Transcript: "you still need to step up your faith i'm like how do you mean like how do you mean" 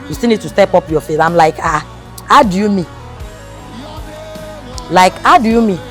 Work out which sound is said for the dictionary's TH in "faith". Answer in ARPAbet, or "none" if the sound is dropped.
S